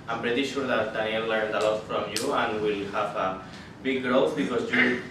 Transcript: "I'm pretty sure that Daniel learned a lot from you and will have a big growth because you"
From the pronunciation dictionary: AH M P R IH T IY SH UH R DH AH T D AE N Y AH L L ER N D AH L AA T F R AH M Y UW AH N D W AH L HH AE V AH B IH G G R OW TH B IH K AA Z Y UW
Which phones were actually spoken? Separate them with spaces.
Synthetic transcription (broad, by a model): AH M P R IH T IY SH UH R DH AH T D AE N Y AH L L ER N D AH L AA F R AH M Y UW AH N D W AH L HH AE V AH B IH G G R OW F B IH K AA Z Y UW